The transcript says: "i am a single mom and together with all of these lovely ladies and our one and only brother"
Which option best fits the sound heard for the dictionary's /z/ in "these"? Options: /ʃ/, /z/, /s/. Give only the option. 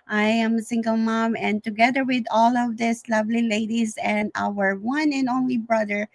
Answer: /s/